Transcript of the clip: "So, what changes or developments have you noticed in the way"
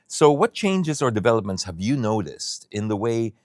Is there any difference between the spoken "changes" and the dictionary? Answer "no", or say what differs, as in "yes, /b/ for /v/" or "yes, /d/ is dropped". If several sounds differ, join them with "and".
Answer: no